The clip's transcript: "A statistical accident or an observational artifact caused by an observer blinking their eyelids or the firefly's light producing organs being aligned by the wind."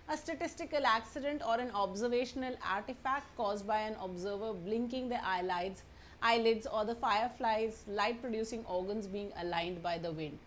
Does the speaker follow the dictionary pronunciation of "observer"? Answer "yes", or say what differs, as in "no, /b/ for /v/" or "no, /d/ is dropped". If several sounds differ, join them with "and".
yes